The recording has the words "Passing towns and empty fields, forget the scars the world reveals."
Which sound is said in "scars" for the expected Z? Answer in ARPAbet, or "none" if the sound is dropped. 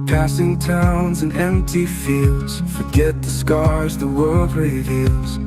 Z